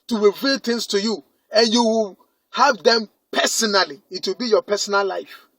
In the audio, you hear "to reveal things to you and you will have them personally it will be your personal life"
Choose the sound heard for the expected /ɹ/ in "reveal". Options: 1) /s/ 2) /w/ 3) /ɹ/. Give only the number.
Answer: 2